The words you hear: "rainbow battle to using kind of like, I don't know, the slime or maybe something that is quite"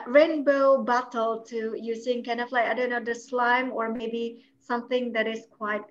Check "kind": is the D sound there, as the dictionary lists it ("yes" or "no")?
no